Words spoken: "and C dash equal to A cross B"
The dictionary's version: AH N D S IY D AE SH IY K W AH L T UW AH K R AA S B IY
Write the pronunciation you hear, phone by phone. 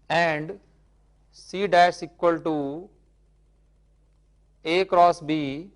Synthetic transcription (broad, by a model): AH N D S IY D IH S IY K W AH L T UW AH K R AA S B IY